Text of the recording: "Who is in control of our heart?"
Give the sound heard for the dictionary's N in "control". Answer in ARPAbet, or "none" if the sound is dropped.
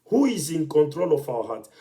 N